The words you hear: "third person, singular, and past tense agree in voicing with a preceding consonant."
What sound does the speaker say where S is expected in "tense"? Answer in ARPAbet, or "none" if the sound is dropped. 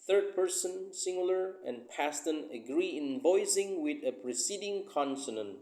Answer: none